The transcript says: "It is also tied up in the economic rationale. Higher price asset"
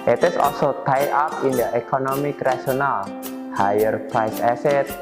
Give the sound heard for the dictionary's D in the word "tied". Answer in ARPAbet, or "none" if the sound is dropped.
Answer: none